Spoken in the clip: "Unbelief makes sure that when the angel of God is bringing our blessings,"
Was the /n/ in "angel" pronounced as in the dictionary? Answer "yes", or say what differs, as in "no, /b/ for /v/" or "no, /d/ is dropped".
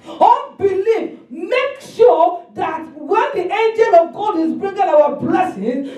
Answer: yes